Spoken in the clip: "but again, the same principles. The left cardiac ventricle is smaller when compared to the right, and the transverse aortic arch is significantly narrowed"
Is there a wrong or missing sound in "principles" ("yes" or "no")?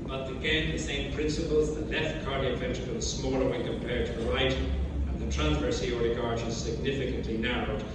no